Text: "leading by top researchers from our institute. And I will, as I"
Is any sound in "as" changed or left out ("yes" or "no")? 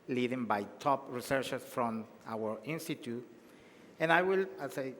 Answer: yes